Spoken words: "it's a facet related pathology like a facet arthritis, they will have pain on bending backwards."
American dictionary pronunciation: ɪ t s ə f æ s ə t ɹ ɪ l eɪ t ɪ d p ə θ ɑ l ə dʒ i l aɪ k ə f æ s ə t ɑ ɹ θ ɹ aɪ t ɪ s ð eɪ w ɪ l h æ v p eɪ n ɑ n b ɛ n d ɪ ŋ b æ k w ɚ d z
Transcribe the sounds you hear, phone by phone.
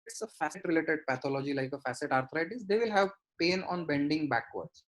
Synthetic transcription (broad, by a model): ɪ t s ə f æ s ə t ɹ ɪ l eɪ t ɪ d p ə t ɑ l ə dʒ i l aɪ k ə f æ s ə t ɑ ɹ t ɹ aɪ t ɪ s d eɪ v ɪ l h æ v p eɪ n ɑ n b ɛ n d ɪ ŋ b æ k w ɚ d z